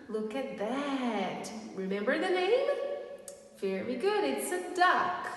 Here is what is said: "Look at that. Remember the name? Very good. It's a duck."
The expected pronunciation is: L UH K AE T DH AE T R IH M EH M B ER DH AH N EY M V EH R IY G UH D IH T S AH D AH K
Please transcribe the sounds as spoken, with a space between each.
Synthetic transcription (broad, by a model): L UH K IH T DH AE T R IH M EH M B ER DH AH N EY M F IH R IY G UH D IH T S AH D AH K